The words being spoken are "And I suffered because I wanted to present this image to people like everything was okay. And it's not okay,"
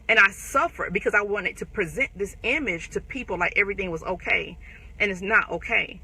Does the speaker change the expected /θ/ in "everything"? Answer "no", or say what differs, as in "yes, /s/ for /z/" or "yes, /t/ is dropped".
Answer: no